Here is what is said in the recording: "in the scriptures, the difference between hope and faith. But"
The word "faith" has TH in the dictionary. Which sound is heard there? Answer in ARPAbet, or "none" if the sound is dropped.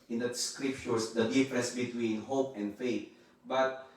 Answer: T